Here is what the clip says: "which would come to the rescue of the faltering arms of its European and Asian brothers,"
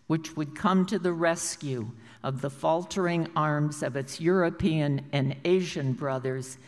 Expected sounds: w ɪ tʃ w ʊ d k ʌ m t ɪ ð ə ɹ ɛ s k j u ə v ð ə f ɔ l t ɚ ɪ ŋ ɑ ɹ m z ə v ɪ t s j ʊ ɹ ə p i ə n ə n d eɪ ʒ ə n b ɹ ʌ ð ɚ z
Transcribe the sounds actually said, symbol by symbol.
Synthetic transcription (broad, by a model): w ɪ tʃ w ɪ d k ʌ m t ɪ ð ə ɹ ɛ s k j u ə v ð ə f ɔ l t ɚ ɪ ŋ ɑ ɹ m z ə v ɪ t s j ʊ ɹ ə p i ə n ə n eɪ ʒ ə n b ɹ ʌ ð ɚ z